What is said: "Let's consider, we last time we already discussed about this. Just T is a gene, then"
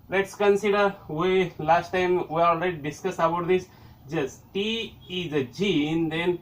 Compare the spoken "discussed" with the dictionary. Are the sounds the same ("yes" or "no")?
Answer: no